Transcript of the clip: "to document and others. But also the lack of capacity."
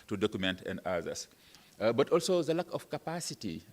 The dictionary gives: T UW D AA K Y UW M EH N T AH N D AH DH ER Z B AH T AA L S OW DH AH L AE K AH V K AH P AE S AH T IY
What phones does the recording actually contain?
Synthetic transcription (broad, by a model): T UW D AA K Y UW M EH N T AH N D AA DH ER S B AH T AA L S OW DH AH L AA K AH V K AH P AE S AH T IY